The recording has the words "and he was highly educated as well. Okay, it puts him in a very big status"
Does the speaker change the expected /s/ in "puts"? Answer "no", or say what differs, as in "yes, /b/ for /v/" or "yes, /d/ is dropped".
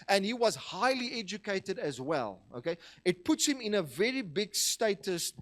no